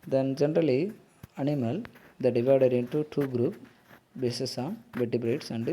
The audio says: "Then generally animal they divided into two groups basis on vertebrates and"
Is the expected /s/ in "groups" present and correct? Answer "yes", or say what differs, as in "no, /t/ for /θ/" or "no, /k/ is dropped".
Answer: no, /s/ is dropped